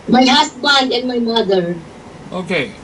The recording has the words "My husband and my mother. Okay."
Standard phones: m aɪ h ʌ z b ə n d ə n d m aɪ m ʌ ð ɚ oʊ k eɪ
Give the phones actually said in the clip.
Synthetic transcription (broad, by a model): m aɪ h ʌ s b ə n d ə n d m aɪ m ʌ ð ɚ oʊ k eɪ